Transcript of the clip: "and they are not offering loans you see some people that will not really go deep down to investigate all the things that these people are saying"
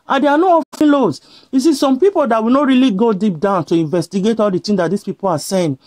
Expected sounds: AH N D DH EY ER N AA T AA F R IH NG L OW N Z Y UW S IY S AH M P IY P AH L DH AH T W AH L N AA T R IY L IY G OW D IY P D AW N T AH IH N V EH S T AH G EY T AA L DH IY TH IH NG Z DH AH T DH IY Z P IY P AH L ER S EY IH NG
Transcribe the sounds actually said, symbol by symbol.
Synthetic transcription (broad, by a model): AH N D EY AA N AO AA F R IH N L OW Z Y UW S IY S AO M P IY P AH L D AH T W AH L N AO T R IY L IY G OW D IY P D AW N T AH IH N V EH S T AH G EY T AA L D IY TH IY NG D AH T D IY S P IY P AH L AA S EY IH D